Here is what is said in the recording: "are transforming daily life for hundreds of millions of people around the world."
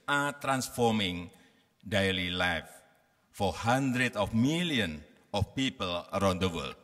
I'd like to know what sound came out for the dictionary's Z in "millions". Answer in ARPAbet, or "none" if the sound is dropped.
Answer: none